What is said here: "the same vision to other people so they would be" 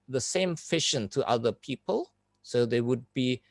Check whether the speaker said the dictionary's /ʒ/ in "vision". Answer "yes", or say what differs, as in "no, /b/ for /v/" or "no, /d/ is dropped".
no, /ʃ/ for /ʒ/